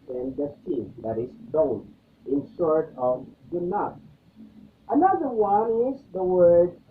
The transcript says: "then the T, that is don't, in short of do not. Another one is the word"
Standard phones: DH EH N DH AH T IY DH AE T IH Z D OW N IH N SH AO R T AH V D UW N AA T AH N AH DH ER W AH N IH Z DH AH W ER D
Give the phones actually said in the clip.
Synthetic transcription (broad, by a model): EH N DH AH S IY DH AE T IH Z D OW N IH N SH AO R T AH V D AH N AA T AH N AH DH ER W AH N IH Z DH AH W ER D